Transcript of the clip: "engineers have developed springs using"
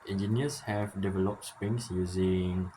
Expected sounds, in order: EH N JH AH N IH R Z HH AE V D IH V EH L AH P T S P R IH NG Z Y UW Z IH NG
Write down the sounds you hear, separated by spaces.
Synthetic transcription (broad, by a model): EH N JH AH N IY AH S HH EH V D IH V EH L AH P T S P R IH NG S Y UW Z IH NG